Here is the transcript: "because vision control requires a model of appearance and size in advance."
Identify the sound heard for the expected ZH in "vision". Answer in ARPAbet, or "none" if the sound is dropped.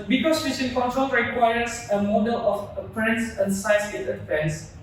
S